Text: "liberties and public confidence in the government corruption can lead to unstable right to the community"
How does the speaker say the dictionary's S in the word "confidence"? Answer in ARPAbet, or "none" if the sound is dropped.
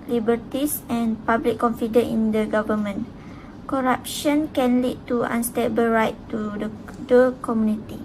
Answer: none